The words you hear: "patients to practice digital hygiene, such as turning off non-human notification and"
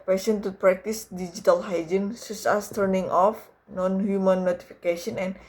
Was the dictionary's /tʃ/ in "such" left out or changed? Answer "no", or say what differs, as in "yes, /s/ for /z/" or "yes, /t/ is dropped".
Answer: yes, /s/ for /tʃ/